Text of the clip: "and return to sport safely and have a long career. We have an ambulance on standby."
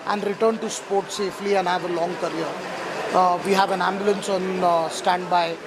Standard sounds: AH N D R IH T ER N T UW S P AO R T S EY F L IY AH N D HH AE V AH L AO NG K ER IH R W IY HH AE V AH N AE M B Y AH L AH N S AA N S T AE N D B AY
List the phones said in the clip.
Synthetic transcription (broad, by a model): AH N D R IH T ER N T UW S P AO R T S EY F L IY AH N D HH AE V AH L AO NG K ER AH R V IY HH AE V AH N AE M B Y AH L AH N S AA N S T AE N D B AY